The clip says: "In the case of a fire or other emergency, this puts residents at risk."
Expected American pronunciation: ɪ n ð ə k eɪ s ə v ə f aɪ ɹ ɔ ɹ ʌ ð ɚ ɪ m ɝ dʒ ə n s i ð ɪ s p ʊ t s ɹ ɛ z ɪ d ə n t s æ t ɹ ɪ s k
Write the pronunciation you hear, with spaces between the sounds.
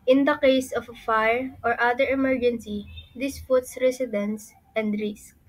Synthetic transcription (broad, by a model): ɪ n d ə k eɪ s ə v ə f aɪ ɹ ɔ ɹ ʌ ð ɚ ɪ m ɝ dʒ ə n s i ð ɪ s f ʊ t s ɹ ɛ s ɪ d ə n s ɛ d ɹ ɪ s k